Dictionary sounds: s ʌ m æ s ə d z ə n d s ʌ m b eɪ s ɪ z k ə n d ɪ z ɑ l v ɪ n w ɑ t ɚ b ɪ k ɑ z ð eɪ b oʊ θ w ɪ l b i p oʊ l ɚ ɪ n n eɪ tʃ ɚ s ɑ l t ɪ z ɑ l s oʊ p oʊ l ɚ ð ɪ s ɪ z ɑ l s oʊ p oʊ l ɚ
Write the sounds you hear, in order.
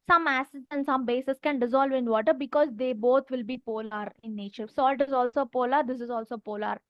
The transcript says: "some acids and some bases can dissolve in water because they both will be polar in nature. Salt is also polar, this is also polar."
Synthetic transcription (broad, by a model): s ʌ m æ s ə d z ə n d s ʌ m b eɪ s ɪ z k ə n d ɪ z ɑ l v ɪ n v ɑ t ɚ b ɪ k ɑ z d eɪ b oʊ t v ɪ l b i p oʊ l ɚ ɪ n n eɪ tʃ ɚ s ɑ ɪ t ɪ z ɑ l s oʊ p oʊ l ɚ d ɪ s ɪ z ɑ l s oʊ p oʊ l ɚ